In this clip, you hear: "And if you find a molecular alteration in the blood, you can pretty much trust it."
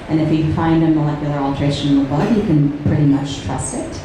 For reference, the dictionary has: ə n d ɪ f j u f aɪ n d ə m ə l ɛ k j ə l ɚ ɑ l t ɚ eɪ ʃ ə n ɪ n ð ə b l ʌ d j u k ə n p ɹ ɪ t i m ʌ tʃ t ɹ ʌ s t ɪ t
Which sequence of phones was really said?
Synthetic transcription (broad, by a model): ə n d ɪ f j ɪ f aɪ n d ə m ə l ɛ k j l ɚ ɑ l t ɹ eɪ ə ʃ ɪ n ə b ʌ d j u k ə n p ɹ ɪ t i m ʌ tʃ t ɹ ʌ s ɪ t